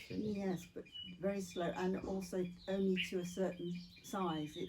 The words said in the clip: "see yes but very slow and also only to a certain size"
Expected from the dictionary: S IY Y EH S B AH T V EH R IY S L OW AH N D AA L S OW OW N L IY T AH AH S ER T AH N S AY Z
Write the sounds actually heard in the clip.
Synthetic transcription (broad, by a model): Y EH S B AH T V EH R IY S L OW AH N AA L S OW OW N L IY T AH AH S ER T N S AY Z